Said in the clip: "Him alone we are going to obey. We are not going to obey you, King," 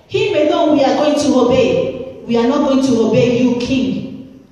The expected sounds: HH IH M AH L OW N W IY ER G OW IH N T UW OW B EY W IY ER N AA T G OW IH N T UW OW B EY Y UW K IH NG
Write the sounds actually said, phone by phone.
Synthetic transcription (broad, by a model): HH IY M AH N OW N W IY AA G OW IH N T UW OW B EY W IY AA N AA T G OW IH N T UW OW B EY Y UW K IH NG